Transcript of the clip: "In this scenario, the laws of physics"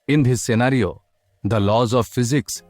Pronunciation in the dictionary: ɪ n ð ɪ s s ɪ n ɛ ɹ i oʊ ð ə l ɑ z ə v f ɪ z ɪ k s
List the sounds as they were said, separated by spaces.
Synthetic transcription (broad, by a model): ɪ n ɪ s s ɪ n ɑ ɹ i oʊ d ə l ɑ z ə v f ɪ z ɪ k s